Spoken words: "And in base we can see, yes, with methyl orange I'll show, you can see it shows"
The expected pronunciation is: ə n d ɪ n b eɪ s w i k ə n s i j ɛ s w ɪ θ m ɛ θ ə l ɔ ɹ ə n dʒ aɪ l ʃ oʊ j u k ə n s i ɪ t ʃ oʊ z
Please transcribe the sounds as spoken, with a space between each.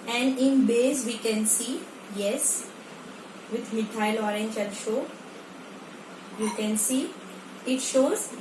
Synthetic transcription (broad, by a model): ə n d ɪ n b eɪ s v i k ə n s i j ɛ s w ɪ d m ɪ t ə l ɔ ɹ ə n dʒ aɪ n ʃ oʊ j u k ə n s i ɪ t ʃ oʊ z